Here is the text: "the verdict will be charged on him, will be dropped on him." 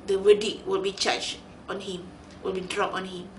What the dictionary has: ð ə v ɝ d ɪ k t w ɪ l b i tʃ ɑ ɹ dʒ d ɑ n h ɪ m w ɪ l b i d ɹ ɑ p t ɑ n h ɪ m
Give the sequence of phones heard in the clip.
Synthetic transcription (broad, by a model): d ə w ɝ d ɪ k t w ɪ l b i tʃ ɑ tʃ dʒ ɑ n h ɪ m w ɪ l b i d ɹ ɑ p ɑ n h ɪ m